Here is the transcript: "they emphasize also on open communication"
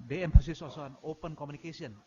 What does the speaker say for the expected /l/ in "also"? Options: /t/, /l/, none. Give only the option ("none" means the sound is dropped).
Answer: none